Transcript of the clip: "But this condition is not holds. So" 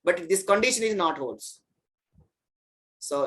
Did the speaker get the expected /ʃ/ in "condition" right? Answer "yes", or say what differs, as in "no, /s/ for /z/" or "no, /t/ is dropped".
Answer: yes